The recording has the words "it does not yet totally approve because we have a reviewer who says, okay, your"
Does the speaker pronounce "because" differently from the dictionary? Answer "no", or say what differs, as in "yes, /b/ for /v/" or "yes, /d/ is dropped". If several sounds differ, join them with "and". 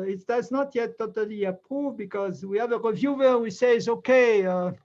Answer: no